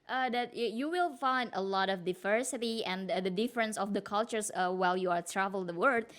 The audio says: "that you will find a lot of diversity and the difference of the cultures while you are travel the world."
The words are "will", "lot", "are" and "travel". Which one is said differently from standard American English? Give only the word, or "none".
none